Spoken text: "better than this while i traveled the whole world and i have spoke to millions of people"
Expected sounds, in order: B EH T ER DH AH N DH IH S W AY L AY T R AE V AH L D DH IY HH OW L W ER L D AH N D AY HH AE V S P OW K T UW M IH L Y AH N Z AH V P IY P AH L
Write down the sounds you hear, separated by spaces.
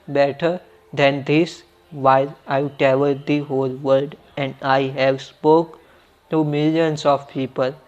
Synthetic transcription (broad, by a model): B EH T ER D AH N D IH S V AY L AY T EH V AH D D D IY HH OW L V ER D AH N D AY HH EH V S P OW K T UW M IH L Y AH N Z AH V P IY P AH L